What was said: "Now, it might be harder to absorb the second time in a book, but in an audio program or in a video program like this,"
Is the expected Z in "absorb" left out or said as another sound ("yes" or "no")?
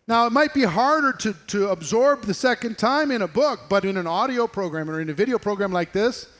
no